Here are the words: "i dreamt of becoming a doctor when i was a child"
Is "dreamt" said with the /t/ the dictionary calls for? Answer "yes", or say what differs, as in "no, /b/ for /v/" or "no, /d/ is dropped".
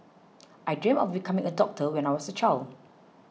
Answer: no, /t/ is dropped